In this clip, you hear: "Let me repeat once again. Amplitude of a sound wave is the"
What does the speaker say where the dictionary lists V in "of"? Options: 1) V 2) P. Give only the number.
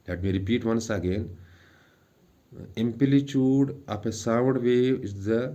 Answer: 2